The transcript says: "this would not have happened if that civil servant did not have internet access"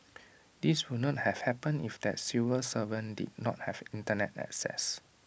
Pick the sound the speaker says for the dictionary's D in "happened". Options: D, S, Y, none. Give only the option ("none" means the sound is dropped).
none